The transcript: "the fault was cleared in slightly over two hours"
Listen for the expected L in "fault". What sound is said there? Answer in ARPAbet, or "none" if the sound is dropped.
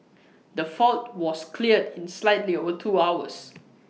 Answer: L